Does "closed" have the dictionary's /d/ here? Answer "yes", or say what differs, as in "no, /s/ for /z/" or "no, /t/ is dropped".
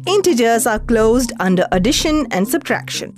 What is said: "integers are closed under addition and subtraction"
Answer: yes